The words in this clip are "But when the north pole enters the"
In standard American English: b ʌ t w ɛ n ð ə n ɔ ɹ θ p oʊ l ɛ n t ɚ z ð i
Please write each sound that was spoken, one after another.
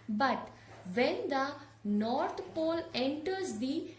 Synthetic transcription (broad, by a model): b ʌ t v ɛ n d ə n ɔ ɹ t p oʊ l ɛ n t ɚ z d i